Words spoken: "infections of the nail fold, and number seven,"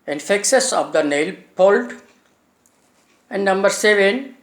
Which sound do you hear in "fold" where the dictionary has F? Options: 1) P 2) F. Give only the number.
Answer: 1